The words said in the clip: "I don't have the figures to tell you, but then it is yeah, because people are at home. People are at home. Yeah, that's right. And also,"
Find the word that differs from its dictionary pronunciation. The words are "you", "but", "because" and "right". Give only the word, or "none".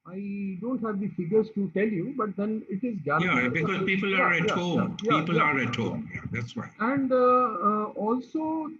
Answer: right